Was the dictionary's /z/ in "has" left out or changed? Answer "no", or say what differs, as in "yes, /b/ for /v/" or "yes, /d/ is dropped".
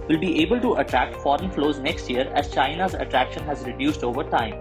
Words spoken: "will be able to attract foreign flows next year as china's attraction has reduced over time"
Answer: no